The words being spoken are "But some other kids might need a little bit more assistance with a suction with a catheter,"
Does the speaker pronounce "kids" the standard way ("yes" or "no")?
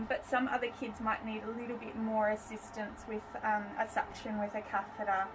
yes